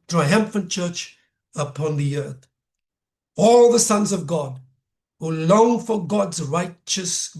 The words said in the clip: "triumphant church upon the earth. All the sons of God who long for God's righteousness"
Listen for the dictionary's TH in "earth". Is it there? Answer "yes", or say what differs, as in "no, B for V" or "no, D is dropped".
yes